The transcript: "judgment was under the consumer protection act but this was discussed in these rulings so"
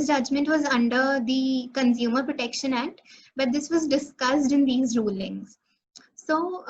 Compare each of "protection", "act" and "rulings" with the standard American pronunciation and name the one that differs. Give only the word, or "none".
none